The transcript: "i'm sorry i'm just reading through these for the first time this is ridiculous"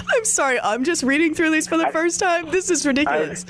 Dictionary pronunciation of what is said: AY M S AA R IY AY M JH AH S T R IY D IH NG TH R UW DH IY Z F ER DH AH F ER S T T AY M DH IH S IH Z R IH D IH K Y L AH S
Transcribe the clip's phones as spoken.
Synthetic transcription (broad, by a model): AY M S AA R IY AY M JH AH S T R IY D IH NG TH R UW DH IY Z F ER DH AH F ER S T T AY M DH IH S IH Z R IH D IH K Y L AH S